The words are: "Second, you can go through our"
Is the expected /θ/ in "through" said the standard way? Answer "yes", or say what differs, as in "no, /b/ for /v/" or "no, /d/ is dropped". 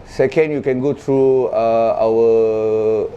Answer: no, /t/ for /θ/